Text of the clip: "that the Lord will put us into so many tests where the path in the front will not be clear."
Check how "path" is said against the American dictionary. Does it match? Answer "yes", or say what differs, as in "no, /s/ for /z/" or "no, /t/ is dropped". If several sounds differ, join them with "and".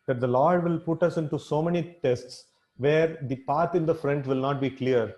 no, /t/ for /θ/